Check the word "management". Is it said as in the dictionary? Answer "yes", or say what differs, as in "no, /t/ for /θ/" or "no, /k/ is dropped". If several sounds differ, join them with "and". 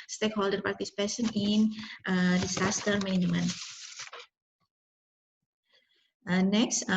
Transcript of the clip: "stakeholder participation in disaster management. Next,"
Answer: no, /dʒ/ is dropped